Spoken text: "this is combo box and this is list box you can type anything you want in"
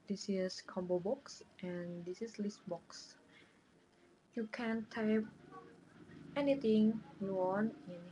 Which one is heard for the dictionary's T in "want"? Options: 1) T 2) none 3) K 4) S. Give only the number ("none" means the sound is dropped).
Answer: 2